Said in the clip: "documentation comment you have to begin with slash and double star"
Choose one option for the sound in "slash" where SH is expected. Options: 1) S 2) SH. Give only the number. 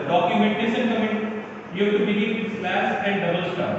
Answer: 1